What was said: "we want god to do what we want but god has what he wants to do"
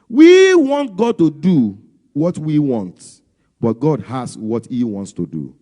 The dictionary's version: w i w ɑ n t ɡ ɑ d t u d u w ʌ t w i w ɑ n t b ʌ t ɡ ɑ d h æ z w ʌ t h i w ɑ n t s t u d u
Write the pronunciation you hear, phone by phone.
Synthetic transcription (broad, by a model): w i w ɑ n t ɡ ɑ d t u d u w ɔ t w i w ɑ n t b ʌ t ɡ ɑ d h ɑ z w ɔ t h i w ɑ n t s t u d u